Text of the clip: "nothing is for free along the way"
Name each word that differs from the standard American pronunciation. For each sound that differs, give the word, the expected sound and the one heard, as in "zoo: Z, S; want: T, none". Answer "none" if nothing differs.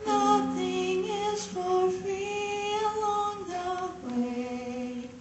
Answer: free: R, none